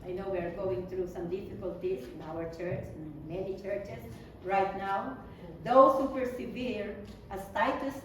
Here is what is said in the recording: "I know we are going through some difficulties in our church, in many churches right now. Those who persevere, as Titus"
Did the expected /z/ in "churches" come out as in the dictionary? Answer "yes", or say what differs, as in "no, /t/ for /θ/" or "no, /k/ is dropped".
no, /s/ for /z/